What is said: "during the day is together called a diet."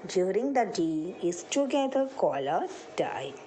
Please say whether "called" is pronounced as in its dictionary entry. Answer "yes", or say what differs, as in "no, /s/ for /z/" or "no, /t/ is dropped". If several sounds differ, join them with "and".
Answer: no, /d/ is dropped